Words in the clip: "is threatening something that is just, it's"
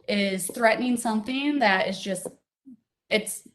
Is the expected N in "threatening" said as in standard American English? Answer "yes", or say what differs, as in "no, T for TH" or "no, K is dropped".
yes